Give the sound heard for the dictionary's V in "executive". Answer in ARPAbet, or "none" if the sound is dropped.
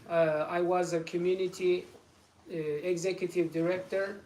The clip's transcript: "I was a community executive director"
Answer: V